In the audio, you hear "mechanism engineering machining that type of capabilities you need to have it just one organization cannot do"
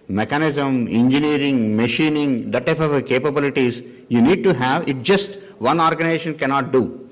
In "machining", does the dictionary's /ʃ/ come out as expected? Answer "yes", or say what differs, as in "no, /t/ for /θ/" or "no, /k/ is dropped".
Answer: yes